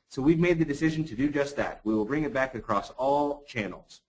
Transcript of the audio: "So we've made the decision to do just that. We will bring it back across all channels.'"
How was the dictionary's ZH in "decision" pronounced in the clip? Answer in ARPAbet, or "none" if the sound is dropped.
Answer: ZH